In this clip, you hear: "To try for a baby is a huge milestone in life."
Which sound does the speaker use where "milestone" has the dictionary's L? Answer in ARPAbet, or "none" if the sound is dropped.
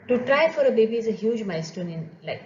none